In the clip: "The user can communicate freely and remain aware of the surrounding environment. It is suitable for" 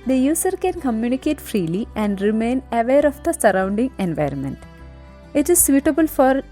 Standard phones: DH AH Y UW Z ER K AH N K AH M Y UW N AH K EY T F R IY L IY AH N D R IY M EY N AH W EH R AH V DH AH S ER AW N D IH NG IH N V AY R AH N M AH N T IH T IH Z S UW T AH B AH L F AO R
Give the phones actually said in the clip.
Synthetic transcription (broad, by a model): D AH Y UW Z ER K AH N K AH M Y UW N AH K EY T F R IY L IY AH N D R IY M EY N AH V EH R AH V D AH S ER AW N D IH NG IH N V AY R AH N M AH N T IH T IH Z S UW T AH B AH L F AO R